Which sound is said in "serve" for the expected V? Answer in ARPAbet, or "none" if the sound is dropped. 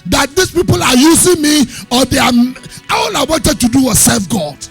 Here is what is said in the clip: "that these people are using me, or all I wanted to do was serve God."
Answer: F